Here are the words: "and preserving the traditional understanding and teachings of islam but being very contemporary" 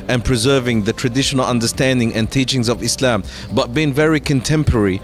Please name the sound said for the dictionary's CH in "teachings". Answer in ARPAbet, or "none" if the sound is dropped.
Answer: CH